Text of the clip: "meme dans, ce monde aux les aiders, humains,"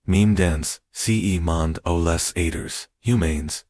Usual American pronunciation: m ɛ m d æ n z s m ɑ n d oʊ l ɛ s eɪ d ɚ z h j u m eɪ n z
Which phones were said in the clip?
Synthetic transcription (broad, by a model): m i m d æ n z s m ɑ n d oʊ l ɛ s eɪ d ɚ z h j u m eɪ n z